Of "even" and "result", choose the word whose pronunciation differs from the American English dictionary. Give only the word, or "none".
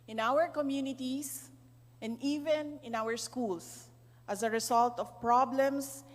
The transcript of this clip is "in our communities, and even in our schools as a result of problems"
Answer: result